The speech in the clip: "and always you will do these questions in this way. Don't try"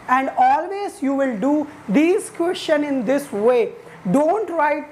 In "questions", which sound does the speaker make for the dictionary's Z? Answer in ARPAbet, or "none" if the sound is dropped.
none